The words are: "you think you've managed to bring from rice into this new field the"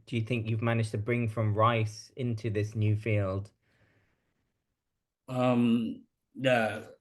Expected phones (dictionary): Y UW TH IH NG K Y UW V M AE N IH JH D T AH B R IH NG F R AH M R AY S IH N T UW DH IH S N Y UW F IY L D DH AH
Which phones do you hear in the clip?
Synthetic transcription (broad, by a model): Y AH TH IH NG K Y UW V M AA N IH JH T AH B R IH NG F R AH M R AY S IH N T UW DH IH S N Y UW F IY L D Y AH